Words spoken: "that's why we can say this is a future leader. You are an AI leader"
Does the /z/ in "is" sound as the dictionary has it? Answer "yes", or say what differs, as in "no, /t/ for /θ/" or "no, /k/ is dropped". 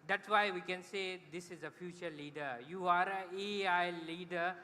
yes